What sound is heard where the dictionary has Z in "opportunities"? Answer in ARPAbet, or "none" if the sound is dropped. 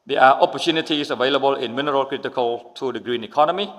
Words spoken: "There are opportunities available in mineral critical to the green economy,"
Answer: S